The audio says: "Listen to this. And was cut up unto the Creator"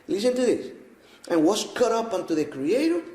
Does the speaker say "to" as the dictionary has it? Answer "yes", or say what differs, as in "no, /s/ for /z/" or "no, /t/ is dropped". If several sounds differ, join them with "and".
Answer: yes